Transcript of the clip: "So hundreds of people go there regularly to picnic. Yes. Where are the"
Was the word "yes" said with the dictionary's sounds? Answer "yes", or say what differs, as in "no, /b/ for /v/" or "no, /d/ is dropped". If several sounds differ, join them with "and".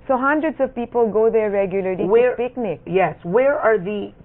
yes